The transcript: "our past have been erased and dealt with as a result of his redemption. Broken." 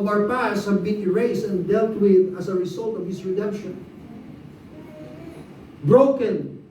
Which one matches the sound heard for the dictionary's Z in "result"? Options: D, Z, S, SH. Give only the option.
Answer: S